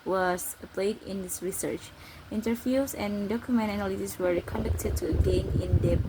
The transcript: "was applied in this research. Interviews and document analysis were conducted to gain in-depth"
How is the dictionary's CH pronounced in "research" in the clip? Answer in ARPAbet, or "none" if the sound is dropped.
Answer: CH